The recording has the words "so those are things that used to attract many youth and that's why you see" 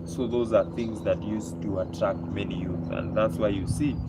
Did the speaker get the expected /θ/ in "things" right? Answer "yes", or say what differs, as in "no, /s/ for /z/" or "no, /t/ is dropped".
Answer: yes